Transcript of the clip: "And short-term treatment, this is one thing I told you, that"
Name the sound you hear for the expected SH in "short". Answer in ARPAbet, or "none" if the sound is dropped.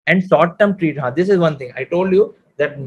S